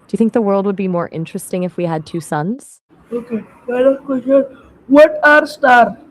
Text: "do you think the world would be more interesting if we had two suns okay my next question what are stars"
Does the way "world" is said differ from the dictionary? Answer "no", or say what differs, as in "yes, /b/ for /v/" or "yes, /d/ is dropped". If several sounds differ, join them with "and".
no